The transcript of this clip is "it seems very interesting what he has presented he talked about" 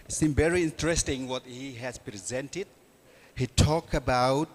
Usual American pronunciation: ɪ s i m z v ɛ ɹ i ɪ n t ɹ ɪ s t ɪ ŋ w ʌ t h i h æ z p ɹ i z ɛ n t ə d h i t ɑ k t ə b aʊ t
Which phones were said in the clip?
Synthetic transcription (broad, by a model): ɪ s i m v ɛ ɹ i ɪ n t ɹ ɪ s t ɪ ŋ w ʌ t h i h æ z p ɹ i z ɛ n t ə d h i t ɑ k ə b aʊ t